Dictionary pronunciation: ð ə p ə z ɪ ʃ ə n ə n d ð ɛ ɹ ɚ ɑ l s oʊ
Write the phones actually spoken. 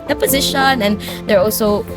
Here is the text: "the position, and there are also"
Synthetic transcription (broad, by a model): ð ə p ə z ɪ ʃ ə n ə n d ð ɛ ɹ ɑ l s oʊ